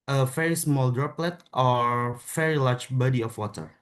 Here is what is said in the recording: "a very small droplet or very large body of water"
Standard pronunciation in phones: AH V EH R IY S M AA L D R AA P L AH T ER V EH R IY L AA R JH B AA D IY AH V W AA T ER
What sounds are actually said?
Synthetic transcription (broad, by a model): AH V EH R IY S M AA L D R AA P L AH T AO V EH R IY L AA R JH B AA D IY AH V W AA T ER